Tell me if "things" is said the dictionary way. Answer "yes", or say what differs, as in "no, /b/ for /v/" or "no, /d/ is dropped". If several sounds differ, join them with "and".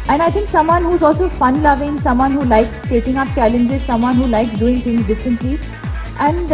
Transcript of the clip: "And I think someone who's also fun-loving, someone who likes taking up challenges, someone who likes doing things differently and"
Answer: no, /t/ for /θ/